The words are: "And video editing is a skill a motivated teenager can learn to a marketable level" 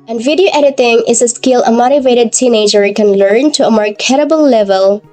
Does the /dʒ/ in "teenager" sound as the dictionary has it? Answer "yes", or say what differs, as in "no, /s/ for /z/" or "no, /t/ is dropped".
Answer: yes